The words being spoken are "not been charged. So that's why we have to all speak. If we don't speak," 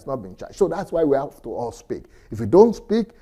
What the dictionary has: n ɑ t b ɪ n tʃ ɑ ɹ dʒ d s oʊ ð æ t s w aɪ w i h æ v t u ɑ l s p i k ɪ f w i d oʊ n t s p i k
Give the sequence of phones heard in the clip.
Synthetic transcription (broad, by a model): n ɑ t b ɪ n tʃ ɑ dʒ s oʊ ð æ t s w aɪ w i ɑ f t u ɑ l s p i k ɪ f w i d oʊ n t s p i k